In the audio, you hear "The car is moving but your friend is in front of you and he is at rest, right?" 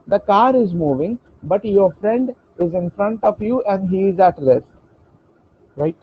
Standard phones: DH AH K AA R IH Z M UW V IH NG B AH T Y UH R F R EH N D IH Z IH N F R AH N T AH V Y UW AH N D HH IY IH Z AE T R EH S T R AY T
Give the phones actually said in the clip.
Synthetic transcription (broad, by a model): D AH K AA R IH Z M UW V IH NG B AH T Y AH R F R EH N D IH Z IH N F R AH N T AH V Y UW AH N D HH IY IH Z AE T L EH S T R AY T